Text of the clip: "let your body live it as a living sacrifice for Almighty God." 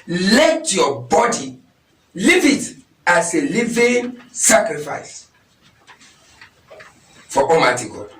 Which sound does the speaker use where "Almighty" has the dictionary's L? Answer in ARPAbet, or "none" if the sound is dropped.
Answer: none